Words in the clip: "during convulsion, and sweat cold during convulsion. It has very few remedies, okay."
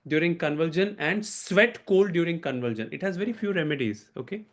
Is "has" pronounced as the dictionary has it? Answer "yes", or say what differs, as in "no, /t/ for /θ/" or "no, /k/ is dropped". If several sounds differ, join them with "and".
yes